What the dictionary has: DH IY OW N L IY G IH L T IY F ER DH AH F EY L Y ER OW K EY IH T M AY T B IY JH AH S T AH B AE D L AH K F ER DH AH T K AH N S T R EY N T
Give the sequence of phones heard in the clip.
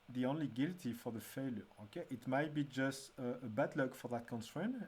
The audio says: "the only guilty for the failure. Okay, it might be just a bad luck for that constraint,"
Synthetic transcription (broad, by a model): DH IY OW N L IY G IH L T IY F ER DH AH F EY L Y ER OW K EY IH T M AY T B IY JH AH S T AH B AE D L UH K F ER DH AH T K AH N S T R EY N